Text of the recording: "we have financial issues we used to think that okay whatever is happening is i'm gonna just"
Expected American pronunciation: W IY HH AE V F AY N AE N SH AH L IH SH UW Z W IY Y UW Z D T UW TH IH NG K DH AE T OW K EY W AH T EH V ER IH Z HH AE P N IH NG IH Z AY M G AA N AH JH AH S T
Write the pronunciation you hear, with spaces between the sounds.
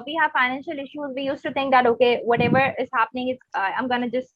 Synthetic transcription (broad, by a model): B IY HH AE F AY N AE N SH AH L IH SH UW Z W IY Y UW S T UW T IH NG K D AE T OW K EY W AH T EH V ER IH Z HH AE P N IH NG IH S AY M G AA N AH JH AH S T